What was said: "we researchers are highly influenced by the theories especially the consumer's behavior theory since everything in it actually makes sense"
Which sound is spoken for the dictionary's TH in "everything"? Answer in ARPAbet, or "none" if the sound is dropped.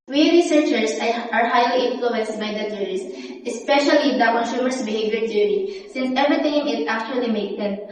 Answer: T